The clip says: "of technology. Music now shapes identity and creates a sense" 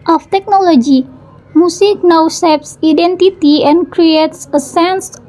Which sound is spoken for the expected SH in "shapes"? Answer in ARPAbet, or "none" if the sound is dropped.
S